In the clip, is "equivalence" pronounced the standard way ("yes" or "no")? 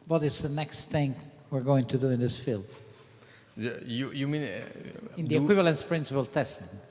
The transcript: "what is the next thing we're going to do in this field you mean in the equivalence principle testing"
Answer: yes